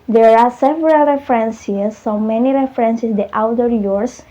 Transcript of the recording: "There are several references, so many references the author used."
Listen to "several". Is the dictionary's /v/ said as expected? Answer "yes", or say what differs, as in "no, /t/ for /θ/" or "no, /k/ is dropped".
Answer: yes